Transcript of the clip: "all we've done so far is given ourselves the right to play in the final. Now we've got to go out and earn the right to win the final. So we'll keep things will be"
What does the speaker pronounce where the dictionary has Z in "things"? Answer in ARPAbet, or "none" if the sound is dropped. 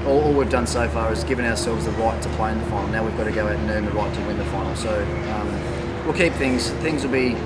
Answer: Z